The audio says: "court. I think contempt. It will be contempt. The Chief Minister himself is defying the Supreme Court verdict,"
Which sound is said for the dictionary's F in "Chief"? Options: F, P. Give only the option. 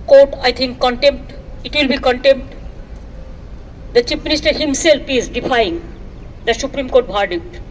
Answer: P